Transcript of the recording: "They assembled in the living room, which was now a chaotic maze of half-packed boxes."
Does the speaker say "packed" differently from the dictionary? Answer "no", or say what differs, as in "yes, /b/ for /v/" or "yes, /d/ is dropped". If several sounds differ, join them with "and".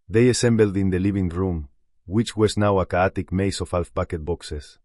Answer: yes, /b/ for /p/